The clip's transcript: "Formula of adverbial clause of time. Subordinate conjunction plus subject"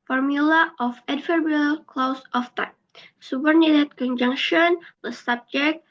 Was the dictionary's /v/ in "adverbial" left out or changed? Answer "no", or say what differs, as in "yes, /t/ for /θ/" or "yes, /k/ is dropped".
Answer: yes, /f/ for /v/